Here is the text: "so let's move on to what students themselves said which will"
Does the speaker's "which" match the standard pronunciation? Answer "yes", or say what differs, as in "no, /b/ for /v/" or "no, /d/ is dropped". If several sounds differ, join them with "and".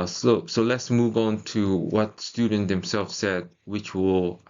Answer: yes